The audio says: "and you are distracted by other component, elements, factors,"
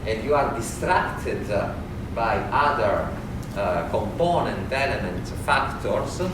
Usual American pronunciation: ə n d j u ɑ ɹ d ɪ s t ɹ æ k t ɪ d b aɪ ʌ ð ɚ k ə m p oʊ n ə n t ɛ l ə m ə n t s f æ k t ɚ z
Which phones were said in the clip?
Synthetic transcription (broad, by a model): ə n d j u ɑ ɹ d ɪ s t ɹ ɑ k t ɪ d b aɪ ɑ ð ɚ k ə m p oʊ n ə n t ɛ l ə m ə n t f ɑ k t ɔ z